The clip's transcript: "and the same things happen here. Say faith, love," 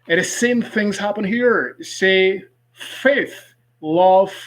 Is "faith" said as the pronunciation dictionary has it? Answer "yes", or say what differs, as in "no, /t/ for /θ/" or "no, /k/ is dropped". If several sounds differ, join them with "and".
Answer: yes